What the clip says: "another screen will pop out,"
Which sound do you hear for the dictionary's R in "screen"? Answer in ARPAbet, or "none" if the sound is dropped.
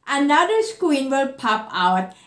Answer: W